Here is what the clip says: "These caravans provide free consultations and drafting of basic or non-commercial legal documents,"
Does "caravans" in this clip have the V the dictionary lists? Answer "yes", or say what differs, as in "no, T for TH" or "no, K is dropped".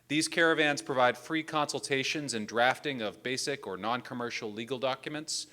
yes